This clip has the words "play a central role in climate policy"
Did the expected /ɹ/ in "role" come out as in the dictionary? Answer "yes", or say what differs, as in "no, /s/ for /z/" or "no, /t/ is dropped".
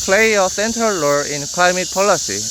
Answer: no, /l/ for /ɹ/